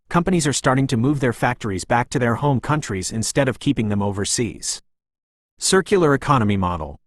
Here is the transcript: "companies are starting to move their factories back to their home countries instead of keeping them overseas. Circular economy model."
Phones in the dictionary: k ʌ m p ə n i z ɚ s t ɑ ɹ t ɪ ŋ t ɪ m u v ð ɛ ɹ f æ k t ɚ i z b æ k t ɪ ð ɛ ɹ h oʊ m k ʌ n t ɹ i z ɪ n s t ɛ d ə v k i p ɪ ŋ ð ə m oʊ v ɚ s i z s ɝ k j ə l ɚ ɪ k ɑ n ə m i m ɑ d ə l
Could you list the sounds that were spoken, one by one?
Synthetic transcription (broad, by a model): k ʌ m p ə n i z ɚ s t ɑ ɹ t ɪ ŋ t ɪ m u v ð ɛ ɹ f æ k t ɚ i z b æ k t ɪ ð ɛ ɹ h oʊ m k ʌ n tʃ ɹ i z ɪ n s t ɛ d ə v k i p ɪ ŋ ð ə m oʊ v ɚ s i z s ɝ k j l ɚ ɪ k ɑ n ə m i m ɑ d l